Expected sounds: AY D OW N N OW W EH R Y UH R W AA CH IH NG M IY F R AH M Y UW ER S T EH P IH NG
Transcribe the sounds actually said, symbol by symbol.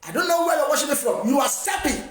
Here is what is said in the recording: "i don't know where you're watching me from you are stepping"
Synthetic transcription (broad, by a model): AY D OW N N OW W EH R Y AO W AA SH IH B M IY F R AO M Y UW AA S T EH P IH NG